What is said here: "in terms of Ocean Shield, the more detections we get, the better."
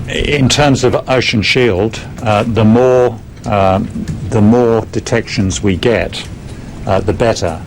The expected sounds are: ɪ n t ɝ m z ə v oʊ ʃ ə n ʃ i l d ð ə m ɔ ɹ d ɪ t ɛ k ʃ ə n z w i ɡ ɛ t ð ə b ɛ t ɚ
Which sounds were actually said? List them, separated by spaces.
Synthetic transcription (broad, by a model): ɪ n t ɝ m z ə v oʊ ʃ ə n ʃ i l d ð ə m ɔ ɹ d ɪ t ɛ k ʃ ə n z w i ɡ ɛ t ð ə b ɛ t ɚ